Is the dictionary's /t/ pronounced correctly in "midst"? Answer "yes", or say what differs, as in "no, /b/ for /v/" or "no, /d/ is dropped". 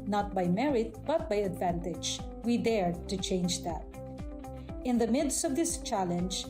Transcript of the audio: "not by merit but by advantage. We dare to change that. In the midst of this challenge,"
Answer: yes